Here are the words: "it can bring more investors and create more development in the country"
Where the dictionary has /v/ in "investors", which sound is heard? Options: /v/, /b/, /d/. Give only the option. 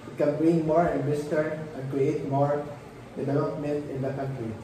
/b/